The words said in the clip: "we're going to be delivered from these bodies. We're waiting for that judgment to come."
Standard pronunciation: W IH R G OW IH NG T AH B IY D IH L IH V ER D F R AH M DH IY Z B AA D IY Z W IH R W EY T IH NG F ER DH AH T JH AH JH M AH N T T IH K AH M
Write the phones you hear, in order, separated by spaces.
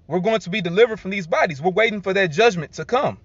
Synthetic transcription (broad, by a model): W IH R G OW IH NG T AH B IY D IH L IH V ER D F R AH M DH IY Z B AA D IY Z W IH R W EY T IH NG F ER DH AH T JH AH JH M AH N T T IH K AH M